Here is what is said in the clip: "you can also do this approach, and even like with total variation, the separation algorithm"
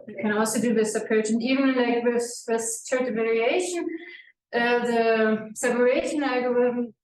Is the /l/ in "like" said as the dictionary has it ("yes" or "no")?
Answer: no